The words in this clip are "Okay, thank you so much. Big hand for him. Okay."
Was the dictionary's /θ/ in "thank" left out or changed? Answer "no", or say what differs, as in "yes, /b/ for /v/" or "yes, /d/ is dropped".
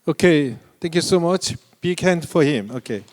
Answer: yes, /t/ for /θ/